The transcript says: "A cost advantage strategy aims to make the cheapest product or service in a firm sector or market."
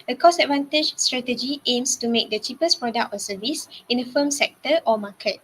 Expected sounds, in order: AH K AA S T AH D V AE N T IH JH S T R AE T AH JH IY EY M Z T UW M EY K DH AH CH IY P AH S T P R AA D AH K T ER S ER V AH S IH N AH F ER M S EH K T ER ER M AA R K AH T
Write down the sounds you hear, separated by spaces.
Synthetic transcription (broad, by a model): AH K AA S AH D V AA N T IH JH S T R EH T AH JH IY EY M S T UW M EY K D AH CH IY P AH S P R AA D AH K T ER S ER V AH S IH N AH F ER M S EH K T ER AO M AA K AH T